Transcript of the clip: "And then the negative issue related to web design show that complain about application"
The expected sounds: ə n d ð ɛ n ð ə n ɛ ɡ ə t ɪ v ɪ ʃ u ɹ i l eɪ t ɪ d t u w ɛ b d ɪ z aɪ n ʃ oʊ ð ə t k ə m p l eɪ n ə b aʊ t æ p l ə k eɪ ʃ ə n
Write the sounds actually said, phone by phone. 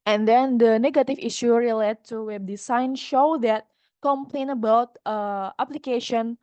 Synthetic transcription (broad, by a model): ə n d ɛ n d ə n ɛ ɡ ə t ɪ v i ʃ u ɹ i l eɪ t t u w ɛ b d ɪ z aɪ n ʃ oʊ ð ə t k ə m p l eɪ n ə b aʊ t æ p l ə k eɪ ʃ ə n